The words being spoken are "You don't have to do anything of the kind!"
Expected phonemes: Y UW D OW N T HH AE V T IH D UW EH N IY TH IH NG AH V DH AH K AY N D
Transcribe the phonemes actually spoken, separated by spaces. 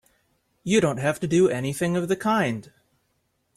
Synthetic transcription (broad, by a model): Y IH D OW N T HH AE F T IH D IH EH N IY TH IH NG AH V DH AH K AY N D